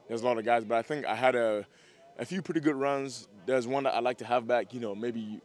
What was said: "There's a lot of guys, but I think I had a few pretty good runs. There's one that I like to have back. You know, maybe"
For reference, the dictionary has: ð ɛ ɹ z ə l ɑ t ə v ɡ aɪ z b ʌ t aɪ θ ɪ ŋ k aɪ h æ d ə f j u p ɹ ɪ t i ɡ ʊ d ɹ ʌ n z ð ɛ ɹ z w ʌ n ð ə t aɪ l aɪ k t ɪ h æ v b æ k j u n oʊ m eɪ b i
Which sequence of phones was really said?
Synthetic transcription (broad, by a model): ð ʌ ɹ z ə l ɑ t ə v ɡ aɪ z b ʌ t aɪ θ ɪ ŋ k aɪ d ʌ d ə f j u p ɹ ɪ t i ɡ ʊ d ɹ ʌ n z ð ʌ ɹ z w ʌ n ð ə t aɪ l aɪ k t ɪ h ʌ v b æ k j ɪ n oʊ m eɪ b i